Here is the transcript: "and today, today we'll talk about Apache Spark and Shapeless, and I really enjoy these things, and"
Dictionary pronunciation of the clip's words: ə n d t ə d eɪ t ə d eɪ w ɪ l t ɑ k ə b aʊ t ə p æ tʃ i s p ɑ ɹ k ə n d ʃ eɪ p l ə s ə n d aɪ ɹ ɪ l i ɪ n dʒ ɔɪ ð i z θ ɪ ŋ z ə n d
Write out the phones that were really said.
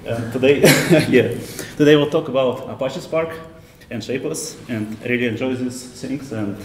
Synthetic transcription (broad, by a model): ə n t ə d eɪ t ə d eɪ w ɪ l t ɑ k ə b aʊ t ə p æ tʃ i s p ɑ ɹ k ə n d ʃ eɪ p ə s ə n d ɹ ɪ l i ɪ n dʒ ɔɪ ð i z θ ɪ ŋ s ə n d